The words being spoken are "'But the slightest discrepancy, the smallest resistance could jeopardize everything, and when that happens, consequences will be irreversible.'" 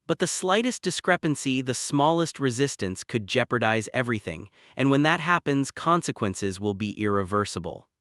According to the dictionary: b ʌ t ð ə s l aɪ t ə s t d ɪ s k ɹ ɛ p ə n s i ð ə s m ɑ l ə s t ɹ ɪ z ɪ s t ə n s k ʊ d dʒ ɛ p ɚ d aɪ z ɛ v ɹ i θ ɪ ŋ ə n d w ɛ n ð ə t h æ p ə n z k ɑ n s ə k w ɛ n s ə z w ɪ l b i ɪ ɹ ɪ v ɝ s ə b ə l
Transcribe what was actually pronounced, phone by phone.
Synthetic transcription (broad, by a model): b ʌ t ð ə s l aɪ t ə s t d ɪ s k ɹ ɛ p ə n s i ð ə s m ɑ l ə s t ɹ ɪ z ɪ s t ə n s k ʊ d dʒ ɛ p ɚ d aɪ z ɛ v ɹ i θ ɪ ŋ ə n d w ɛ n ð ə t h æ p ə n z k ɑ n s ə k w ɛ n s ə z w ɪ l b i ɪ ɹ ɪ v ɝ s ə b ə l